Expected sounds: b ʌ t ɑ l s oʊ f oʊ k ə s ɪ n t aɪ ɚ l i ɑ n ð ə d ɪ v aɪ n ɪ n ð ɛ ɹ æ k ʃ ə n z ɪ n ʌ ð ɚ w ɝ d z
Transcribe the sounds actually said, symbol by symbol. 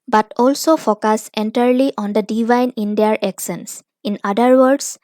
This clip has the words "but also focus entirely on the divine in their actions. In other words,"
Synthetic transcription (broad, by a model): b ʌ t ɑ l s oʊ f oʊ k ə s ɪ n t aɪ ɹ l i ɑ n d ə d ɪ v aɪ n ɪ n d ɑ ɹ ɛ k s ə n s ɪ n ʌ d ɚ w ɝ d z